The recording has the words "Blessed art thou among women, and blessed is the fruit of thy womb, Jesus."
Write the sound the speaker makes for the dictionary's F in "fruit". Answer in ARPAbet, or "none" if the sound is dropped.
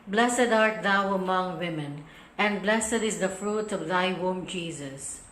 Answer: F